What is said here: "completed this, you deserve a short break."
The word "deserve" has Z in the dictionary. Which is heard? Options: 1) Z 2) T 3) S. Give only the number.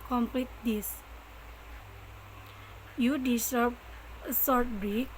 3